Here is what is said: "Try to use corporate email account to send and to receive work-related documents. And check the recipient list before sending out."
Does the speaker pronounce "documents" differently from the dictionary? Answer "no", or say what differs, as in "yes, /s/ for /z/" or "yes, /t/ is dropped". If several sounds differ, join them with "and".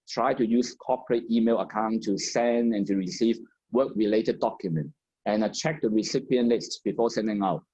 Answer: yes, /s/ is dropped